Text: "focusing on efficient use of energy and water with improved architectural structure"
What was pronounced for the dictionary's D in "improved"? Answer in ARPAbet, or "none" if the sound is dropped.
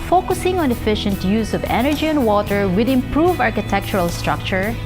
none